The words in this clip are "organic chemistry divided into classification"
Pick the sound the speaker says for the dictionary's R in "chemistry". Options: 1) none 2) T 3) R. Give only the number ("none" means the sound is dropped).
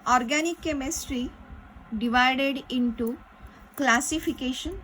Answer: 3